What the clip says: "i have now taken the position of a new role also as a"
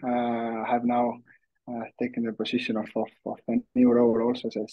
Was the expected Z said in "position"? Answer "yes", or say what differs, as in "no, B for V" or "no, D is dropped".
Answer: no, S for Z